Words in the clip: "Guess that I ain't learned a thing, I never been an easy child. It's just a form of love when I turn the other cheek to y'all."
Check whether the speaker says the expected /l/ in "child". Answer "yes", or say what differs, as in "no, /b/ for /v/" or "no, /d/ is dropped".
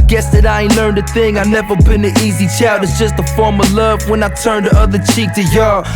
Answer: no, /l/ is dropped